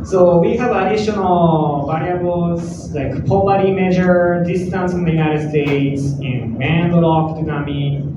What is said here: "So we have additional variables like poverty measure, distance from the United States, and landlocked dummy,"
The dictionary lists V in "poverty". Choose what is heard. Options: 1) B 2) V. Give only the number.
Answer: 1